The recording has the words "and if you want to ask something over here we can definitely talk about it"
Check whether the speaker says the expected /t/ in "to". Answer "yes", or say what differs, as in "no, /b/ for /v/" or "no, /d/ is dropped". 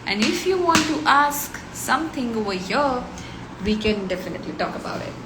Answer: yes